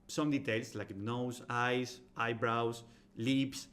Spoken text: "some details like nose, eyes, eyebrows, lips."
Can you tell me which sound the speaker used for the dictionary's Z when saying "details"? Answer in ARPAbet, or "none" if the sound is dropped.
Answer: S